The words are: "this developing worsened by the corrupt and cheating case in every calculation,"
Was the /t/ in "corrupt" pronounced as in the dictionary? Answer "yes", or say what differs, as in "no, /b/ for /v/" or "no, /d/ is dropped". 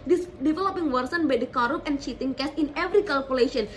no, /t/ is dropped